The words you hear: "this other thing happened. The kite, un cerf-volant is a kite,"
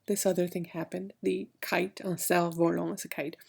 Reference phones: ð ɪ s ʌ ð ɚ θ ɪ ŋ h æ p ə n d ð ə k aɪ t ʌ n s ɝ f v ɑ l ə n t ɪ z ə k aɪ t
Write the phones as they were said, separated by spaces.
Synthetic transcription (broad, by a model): ð ɪ s ʌ ð ɚ θ ɪ ŋ h æ p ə n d ð ə k aɪ t ʌ n s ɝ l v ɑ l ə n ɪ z ə k aɪ t